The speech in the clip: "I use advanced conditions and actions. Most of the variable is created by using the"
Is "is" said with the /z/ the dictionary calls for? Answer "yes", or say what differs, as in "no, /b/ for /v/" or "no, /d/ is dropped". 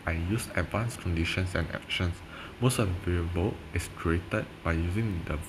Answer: no, /s/ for /z/